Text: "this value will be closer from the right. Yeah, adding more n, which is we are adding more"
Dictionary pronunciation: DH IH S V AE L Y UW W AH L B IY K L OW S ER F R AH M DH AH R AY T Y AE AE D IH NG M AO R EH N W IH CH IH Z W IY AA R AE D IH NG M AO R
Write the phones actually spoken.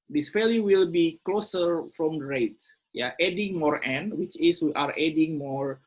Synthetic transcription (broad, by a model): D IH S P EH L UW W AH L B IY K L OW S ER F R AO M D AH R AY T Y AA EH D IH NG M AO R EH N W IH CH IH S W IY AA R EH D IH NG M AO R